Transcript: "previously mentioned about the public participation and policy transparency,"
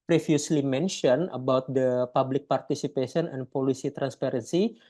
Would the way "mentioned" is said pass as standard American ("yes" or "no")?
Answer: no